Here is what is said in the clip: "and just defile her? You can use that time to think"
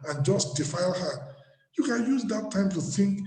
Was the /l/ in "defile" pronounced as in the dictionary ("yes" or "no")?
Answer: yes